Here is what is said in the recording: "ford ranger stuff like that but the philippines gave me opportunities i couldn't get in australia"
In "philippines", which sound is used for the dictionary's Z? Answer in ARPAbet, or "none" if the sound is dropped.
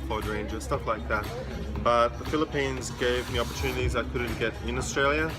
Z